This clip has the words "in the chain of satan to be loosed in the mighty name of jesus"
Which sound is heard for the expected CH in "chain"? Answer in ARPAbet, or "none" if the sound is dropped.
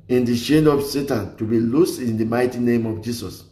SH